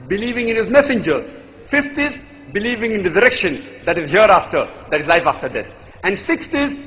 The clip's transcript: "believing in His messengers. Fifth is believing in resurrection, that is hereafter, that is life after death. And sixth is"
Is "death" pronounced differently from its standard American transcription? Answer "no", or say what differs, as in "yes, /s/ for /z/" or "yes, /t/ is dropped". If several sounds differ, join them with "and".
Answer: yes, /t/ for /θ/